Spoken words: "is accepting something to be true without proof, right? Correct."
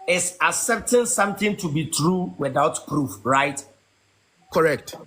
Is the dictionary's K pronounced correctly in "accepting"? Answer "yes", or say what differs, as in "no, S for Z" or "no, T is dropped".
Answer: no, K is dropped